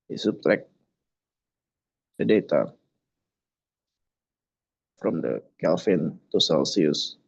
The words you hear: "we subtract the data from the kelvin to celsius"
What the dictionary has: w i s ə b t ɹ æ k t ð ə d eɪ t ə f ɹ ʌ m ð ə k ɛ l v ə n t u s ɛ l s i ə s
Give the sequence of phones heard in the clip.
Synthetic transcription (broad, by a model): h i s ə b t ɹ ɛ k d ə d eɪ t ə f ɹ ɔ m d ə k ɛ l f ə n t u s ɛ l s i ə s